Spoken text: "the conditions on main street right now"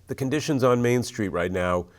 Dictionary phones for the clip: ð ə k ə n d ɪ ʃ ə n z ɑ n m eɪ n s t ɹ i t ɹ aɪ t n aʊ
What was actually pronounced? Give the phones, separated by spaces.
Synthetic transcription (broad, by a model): ð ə k ə n d ɪ ʃ ə n z n m eɪ n s t ɹ i t ɹ aɪ t n aʊ